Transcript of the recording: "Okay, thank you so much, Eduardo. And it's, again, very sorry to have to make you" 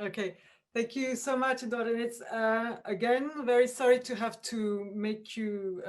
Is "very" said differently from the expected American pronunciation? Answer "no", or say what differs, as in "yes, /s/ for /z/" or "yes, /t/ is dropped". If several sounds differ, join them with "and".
no